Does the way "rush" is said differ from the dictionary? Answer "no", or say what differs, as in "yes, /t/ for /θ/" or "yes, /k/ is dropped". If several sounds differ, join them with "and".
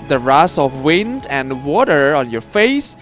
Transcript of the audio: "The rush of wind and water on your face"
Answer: yes, /s/ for /ʃ/